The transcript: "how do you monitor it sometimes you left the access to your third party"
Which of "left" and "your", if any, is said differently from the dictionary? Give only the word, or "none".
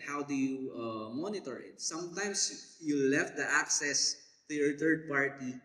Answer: none